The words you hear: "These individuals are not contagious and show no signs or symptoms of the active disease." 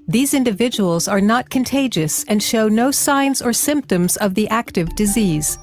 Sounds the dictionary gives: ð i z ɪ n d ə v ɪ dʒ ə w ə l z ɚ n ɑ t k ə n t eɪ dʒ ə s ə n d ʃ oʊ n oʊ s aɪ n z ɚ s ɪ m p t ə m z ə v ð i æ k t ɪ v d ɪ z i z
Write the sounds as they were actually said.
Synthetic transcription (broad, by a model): ð i z ɪ n d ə v ɪ dʒ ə w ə l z ɚ n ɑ t k ə n t eɪ dʒ ə s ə n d ʃ oʊ n oʊ s aɪ n z ɚ s ɪ m p t ə m z ə v ð i æ k t ɪ v d ɪ z i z